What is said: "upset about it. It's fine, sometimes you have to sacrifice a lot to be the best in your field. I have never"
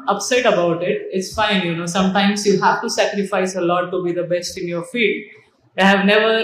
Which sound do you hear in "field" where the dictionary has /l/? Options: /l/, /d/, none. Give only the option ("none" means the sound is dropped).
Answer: none